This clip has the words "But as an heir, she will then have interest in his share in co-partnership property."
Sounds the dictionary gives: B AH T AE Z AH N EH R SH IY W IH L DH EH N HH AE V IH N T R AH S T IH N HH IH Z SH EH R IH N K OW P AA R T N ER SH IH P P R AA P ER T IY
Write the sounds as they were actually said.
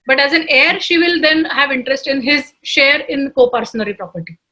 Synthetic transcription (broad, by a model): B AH T AE Z AH N EH R SH IY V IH L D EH N HH AE V IH N T R AH S T IH N HH IH Z SH EH R IH N K OW P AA R S N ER IY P P R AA P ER T IY